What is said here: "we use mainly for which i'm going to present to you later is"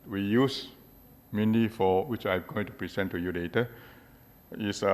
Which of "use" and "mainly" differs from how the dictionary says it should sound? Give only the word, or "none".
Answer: mainly